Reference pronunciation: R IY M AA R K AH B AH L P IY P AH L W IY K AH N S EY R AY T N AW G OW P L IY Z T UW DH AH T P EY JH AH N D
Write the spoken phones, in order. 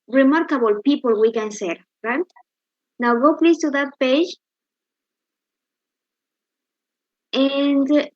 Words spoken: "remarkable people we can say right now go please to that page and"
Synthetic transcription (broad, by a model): R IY M AA R K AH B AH L P IY P AH L W IY K AH N S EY R AY T N AW G OW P L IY S T UW DH AH T P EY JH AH N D